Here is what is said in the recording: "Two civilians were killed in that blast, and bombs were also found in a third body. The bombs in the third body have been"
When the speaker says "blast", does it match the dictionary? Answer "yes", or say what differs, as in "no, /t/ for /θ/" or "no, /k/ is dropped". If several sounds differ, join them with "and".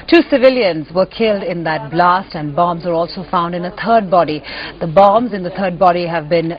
yes